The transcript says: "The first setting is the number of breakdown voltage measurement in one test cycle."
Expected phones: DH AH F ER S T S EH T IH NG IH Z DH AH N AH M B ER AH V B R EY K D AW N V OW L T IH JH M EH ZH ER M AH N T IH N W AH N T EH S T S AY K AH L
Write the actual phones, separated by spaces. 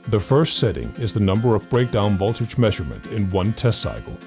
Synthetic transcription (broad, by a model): DH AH F ER S T S EH T IH NG IH Z DH AH N AH M B ER AH V B R EY K D AW N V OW L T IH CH M EH ZH ER M AH N T IH N W AH N T EH S T S AY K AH L